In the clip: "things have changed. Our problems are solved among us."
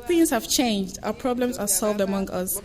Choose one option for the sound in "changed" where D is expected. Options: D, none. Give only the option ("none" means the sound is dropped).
D